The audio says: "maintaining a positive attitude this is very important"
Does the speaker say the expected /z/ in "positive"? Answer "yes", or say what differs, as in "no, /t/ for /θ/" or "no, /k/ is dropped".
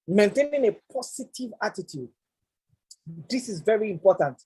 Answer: no, /s/ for /z/